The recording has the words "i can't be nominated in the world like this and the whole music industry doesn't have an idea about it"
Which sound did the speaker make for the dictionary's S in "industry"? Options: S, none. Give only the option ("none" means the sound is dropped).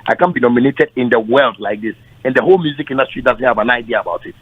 S